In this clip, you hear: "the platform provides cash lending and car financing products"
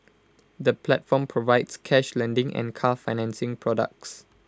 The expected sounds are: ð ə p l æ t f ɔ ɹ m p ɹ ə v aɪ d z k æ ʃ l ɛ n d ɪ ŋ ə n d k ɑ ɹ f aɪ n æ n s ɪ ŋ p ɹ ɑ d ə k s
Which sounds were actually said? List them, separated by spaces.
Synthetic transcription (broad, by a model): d ə p l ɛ t f ɔ m p ɹ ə v aɪ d s k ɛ ʃ l ɛ n d ɪ ŋ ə n k ɑ f aɪ n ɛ n s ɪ ŋ p ɹ ɑ d ə k s